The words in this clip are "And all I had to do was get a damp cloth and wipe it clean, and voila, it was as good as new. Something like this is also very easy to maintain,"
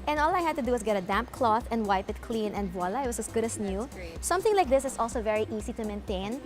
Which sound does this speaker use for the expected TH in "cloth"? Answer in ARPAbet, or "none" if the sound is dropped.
TH